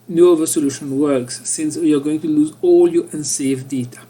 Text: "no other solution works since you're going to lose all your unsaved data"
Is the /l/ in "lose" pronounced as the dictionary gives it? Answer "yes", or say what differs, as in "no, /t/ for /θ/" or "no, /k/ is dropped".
yes